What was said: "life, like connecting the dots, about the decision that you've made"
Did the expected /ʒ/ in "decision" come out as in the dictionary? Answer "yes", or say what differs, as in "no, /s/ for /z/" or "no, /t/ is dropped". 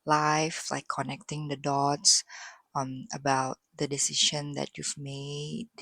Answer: no, /ʃ/ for /ʒ/